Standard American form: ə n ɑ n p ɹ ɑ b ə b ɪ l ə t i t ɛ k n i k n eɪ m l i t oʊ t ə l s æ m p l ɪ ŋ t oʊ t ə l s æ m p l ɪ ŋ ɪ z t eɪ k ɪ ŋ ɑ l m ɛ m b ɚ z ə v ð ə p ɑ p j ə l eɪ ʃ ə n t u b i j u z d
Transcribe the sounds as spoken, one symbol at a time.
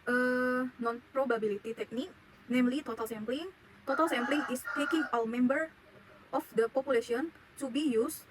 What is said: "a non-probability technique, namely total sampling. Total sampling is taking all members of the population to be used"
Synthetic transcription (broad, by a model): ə n ɑ n p ɹ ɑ b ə b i l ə t i t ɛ k n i k n eɪ m l i t oʊ t ə l s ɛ m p l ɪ ŋ t oʊ t ə l s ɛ m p l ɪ ŋ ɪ s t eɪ k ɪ ŋ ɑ w m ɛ m b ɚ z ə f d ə p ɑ p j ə l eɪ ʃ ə n t u b i j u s